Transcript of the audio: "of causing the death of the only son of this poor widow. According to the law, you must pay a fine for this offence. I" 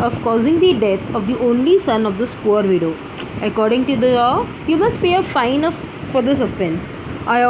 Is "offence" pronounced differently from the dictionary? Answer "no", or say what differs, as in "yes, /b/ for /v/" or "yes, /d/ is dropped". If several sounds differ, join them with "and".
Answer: yes, /p/ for /f/